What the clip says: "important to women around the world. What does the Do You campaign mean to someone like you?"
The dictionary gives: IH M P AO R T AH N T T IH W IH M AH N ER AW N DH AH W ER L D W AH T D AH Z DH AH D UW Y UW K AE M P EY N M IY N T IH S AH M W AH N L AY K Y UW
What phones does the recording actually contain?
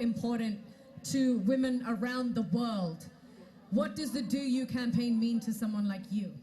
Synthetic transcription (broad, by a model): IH M P AO R T N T T IH W IH M AH N ER AW N DH AH W ER L D W AH T D AH Z DH AH D UW Y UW K AE M P EY N M IY N T IH S AH M W AH N L AY K Y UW